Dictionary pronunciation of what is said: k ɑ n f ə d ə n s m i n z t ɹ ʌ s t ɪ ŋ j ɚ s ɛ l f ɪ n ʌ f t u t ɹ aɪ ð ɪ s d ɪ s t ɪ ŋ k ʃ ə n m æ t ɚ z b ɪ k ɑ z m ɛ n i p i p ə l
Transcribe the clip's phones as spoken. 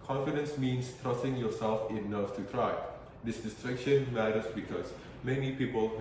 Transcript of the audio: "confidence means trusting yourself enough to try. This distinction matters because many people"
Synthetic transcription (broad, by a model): k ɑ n f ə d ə n s m i n s t ɹ ʌ s t ɪ ŋ j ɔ s ɛ l f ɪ n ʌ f t u t ɹ aɪ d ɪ s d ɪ s t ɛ k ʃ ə n m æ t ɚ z b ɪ k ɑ s m ɛ n i p i p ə l